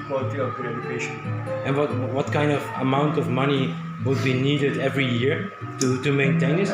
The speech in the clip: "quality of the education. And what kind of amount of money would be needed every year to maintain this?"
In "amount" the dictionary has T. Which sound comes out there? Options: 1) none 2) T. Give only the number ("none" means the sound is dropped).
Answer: 2